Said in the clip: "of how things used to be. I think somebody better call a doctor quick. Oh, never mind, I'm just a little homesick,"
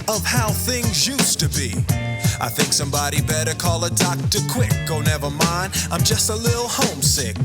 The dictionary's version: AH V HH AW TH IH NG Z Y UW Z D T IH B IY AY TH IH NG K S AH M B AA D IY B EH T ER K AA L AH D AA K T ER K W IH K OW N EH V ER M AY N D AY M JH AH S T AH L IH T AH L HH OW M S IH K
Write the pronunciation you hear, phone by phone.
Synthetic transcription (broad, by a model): AH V HH AW TH IH NG Z Y UW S T IH B IY AY TH IH NG K S AH M B AA D IY B EH T ER K AA L AH D AA K T ER K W IH K OW N EH V ER M AY N D AY M JH AH S T AH L IH T L HH OW M S IH K